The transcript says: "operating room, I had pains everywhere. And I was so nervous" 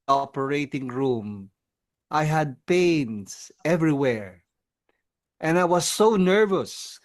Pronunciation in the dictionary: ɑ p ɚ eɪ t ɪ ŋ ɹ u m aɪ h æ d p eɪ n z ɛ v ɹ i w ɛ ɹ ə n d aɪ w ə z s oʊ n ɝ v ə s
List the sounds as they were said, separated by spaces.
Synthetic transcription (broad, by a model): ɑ p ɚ eɪ t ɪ ŋ ɹ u m aɪ h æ d p eɪ n s ɛ v ɹ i w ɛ ɹ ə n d aɪ w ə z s oʊ n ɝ v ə s